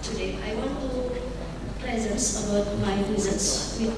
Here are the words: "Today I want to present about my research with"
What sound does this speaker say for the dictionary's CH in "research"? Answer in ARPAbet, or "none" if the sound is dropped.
S